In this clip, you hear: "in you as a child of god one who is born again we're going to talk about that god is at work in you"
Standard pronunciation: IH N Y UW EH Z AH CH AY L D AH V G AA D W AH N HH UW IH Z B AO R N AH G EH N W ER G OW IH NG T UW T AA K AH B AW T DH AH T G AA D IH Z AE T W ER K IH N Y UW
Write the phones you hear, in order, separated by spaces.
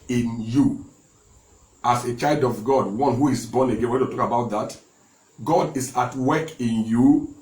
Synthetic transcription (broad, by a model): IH N Y UW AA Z AH CH AY L D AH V G AA D W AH N HH UW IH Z B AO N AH G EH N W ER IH T UW T AA K AH B AW T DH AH T G AA D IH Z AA T W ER K IH N Y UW